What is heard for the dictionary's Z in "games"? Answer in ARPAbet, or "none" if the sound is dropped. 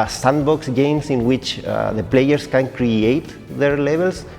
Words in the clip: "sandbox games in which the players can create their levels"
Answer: S